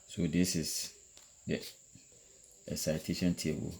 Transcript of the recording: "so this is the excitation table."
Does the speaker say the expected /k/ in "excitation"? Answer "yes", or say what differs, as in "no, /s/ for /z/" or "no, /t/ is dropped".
no, /k/ is dropped